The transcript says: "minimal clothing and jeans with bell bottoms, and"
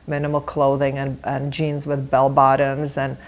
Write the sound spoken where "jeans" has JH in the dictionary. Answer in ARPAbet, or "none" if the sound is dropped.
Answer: JH